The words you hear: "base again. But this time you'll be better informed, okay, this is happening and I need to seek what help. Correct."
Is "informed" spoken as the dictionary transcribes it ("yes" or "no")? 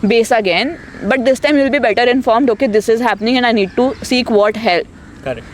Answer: yes